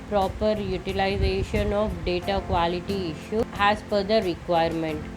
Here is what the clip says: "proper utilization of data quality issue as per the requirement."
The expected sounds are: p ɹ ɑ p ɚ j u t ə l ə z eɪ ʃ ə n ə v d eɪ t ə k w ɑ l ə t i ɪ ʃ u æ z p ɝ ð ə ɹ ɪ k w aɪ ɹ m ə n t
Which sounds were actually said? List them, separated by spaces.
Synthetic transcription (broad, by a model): p ɹ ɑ p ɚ j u t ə l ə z eɪ ʃ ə n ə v d eɪ t ə k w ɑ l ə t i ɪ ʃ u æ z f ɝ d ə ɹ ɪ k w aɪ ɹ m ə n t